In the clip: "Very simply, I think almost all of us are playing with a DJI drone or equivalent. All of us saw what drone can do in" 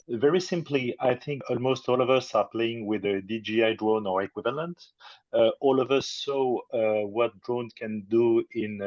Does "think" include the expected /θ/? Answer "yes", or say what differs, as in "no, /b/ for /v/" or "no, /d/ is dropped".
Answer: yes